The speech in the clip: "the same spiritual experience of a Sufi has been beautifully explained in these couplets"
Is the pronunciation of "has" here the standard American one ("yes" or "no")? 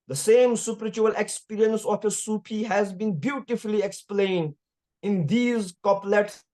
yes